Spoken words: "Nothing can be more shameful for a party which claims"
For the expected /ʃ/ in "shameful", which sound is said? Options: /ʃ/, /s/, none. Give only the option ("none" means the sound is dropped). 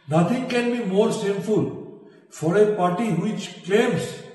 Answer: /s/